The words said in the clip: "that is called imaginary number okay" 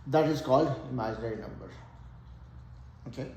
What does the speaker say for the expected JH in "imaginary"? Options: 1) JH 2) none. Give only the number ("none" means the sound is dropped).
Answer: 2